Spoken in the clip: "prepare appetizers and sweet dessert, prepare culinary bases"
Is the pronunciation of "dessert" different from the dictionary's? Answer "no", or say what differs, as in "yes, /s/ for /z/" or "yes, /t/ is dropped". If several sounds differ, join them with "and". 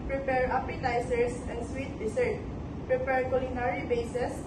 yes, /s/ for /z/